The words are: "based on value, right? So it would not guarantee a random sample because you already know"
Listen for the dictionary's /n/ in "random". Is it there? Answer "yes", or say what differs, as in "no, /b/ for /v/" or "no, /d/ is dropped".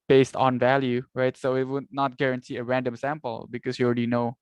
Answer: yes